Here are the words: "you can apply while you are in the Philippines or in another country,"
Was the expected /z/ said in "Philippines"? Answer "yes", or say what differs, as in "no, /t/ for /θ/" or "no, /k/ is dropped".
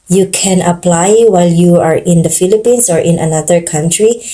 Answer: no, /s/ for /z/